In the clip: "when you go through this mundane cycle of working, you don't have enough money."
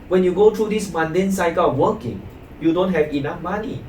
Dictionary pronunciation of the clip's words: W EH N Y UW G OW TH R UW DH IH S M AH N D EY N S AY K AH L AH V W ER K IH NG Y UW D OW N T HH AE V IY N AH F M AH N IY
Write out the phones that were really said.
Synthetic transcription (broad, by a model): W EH N Y UW G OW T R UW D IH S M AH N D EY N S AY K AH W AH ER K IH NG Y UW D OW N T HH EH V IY N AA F M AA N IY